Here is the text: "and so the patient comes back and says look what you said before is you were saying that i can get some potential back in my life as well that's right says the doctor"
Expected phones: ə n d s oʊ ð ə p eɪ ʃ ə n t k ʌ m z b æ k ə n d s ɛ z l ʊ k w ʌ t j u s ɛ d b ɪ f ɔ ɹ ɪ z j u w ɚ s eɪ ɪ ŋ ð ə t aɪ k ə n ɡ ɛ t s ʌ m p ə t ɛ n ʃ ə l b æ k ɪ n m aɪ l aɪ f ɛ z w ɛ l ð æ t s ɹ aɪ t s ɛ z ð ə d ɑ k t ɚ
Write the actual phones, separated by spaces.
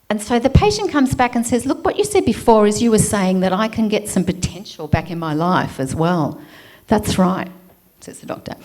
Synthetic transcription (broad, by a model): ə n s oʊ ð ə p eɪ ʃ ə n k ʌ m z b æ k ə n s ɛ z l ʊ k w ʌ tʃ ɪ s ɛ d b ɪ f ɔ ɹ ɪ z j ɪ w ɚ s eɪ ɪ ŋ ð ə t aɪ k ə n ɡ ɛ t s ʌ m p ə t ɛ n ʃ l b æ k ɪ n m aɪ l aɪ f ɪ z w ɛ l ð æ t s ɹ aɪ t s ɛ z ð ə d ɑ k t ɚ